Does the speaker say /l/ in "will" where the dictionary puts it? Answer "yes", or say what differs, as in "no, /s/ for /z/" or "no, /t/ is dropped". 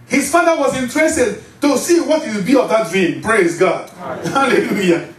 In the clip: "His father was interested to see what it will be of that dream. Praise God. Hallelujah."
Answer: no, /w/ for /l/